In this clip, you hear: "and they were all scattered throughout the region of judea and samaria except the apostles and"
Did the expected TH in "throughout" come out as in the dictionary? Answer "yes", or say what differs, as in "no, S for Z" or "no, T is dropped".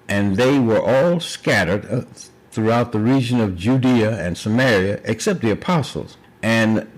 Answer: yes